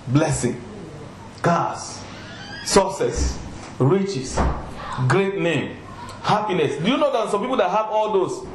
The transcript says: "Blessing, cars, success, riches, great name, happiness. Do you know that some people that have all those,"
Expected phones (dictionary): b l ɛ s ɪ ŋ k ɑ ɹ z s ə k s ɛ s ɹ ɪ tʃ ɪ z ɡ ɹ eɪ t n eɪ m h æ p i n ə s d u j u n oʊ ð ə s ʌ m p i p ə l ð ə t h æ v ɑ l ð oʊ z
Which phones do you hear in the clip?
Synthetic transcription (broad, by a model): b l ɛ s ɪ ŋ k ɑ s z s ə s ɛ s ɹ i tʃ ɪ s ɡ ɹ eɪ t n eɪ m h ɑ p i n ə s d u j u n oʊ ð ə s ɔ m p i p ə l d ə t h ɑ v ɑ l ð oʊ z